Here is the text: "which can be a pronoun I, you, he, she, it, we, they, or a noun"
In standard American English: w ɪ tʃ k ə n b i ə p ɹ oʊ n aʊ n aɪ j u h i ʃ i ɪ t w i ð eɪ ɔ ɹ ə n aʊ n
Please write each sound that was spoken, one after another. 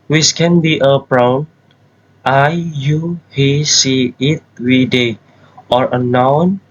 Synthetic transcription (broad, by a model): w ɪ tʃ k ə n b i ə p ɹ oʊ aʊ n aɪ j u h i s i ɪ t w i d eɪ ɔ ɹ ə n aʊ n